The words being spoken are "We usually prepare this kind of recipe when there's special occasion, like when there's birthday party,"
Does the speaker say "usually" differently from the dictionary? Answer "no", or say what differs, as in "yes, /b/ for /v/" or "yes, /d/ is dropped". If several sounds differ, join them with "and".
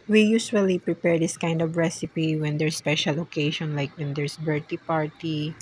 yes, /s/ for /ʒ/